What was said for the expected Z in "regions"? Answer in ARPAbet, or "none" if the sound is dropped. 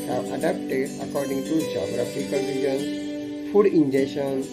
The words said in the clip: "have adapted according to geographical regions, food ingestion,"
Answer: none